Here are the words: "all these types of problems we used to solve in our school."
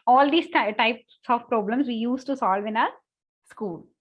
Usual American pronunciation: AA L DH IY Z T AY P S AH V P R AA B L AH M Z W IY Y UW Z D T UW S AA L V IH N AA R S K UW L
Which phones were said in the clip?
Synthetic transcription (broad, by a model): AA L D IY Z T AY P S AH V P R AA B L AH M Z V IY Y UW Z T UW S AA L V IH N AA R S K UW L